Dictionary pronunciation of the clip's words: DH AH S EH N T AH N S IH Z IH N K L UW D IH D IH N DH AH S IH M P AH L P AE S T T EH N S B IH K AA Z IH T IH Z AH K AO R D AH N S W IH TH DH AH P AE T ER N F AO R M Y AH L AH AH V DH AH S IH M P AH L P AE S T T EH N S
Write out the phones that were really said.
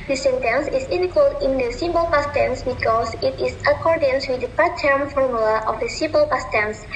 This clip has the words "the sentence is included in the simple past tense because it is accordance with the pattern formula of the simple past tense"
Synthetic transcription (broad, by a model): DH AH S EH N T AH N S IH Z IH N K AH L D IH N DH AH S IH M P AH L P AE S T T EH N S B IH K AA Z IH T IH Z AH K AO R D AH N S W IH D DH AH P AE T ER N F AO R M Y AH L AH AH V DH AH S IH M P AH L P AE S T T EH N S